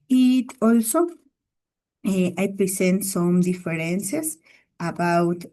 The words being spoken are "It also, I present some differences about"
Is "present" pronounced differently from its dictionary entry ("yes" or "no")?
yes